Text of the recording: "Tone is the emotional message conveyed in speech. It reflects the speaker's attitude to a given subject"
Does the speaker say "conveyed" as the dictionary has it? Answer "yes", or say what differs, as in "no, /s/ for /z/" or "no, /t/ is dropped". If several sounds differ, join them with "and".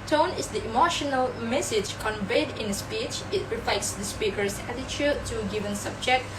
yes